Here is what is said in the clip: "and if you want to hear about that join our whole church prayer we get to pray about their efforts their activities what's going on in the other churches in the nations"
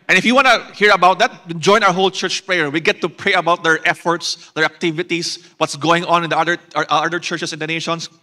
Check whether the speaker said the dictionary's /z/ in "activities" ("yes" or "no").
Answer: no